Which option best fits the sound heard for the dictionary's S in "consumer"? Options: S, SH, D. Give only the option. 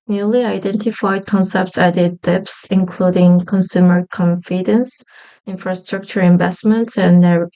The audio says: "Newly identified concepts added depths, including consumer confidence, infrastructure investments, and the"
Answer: S